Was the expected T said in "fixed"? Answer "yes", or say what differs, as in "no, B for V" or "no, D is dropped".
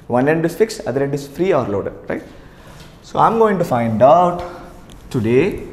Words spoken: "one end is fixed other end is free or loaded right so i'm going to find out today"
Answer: no, T is dropped